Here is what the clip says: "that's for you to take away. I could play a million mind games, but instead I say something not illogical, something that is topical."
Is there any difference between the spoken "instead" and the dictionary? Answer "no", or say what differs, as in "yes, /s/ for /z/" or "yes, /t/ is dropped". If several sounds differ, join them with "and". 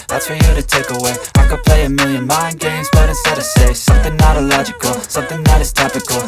yes, /n/ is dropped